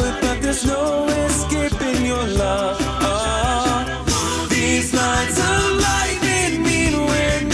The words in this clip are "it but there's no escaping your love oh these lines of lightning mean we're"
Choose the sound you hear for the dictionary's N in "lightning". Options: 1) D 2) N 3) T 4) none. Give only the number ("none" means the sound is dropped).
4